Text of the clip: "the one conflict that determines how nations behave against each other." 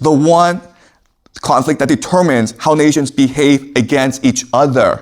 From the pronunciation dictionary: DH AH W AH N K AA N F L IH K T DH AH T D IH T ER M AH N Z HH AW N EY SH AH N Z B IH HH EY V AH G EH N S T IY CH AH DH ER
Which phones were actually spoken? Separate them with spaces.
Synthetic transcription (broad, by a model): DH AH W AH N K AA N F L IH K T DH AH T D IH T ER M AH N Z HH AW N EY SH AH N Z B IH HH EY V AH G EH N S T IY CH AH DH ER